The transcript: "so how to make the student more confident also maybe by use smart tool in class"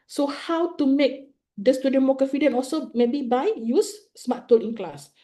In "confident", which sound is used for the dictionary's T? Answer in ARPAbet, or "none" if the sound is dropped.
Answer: none